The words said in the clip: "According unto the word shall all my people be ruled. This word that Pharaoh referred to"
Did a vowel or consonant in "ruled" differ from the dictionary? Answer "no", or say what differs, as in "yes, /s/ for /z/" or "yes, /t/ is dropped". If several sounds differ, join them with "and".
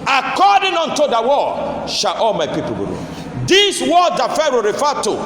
yes, /l/ is dropped